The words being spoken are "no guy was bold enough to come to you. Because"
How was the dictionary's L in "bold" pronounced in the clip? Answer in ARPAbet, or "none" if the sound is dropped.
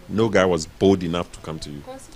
L